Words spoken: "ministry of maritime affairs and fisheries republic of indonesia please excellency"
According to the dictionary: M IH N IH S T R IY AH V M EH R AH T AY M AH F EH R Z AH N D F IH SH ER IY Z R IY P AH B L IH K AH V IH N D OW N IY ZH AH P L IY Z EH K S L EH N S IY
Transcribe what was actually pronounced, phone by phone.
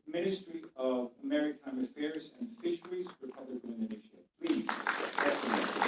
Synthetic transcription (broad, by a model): M IH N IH S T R IY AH V M EH R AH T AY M AH F EH R Z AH N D F IH SH ER IY Z R IY P AH B L IH K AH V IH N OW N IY SH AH P L IY Z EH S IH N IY